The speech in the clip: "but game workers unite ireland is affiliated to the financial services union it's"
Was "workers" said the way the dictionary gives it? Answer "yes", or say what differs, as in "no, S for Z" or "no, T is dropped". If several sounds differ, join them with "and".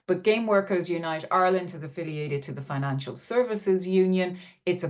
yes